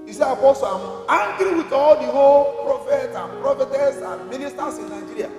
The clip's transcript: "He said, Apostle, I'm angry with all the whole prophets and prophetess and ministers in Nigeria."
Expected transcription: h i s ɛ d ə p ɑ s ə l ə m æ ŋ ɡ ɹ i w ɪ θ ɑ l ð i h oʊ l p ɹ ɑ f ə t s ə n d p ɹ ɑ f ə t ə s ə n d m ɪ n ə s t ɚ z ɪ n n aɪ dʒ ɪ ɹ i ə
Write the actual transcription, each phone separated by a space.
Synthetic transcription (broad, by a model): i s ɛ ə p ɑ s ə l ə m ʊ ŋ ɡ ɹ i w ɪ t ɑ l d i h oʊ l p ɹ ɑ f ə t ə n p ɹ ɑ f ə t ə s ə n m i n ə s t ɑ s ɪ n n aɪ dʒ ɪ ɹ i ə